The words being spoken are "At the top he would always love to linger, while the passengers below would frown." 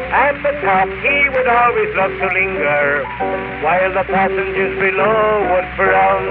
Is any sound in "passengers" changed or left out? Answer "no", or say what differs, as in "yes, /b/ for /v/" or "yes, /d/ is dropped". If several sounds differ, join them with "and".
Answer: no